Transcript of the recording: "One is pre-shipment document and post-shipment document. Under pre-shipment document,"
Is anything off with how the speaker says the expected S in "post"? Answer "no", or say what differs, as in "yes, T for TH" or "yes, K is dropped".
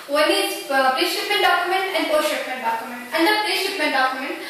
yes, S is dropped